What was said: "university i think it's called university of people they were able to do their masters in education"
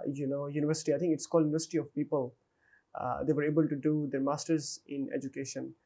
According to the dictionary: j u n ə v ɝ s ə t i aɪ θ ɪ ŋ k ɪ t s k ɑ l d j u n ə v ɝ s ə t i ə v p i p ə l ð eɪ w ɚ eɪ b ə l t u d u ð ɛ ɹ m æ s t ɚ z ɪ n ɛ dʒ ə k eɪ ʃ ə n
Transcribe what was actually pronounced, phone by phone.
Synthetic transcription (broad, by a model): j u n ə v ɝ s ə t i aɪ t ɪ ŋ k ɪ t s k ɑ l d j u n ə v ɝ s ə t i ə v p i p ə l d eɪ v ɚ eɪ b ə l t u d u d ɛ ɹ m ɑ s t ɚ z ɪ n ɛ dʒ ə k eɪ ʃ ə n